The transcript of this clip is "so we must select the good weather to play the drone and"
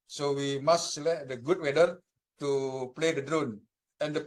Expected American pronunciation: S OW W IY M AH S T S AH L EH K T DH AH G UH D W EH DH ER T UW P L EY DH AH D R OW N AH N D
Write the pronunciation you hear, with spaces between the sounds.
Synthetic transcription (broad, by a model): S OW W IY M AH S S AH L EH T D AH G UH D W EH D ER T UW P L EY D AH D R OW N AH N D